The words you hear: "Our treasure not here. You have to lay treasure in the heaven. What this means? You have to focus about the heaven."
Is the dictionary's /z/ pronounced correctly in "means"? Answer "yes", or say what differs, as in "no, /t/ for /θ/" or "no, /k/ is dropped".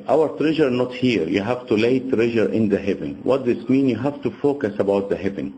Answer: no, /z/ is dropped